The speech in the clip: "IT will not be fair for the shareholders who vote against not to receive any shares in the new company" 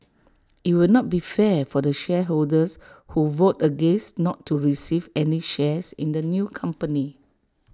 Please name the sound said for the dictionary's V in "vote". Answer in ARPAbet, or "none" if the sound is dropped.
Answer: V